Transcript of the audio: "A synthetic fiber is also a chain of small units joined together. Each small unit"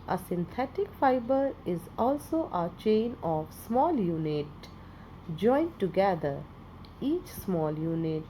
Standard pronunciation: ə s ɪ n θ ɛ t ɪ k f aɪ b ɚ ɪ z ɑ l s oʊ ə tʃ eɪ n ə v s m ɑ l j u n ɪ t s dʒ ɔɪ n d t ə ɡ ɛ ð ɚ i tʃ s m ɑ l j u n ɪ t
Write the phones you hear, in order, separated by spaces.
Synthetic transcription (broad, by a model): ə s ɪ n t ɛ t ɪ k f aɪ b ɚ ɪ z ɑ l s oʊ ə tʃ eɪ n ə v s m ɑ l j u n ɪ t dʒ ɔɪ n d t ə ɡ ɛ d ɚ i tʃ s m ɑ l j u n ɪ t